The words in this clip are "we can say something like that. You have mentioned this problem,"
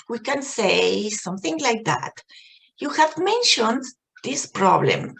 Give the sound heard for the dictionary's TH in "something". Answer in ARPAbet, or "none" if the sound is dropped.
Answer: TH